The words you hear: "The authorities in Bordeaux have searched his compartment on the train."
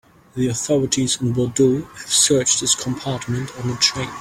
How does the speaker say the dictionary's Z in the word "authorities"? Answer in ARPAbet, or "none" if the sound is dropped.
Z